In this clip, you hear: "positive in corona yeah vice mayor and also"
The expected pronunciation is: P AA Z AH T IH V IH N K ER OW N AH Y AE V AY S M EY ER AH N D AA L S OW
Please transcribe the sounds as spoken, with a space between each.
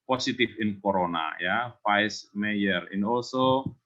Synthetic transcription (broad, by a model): P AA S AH T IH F IH N K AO OW N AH Y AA F AY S M EY ER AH N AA L S OW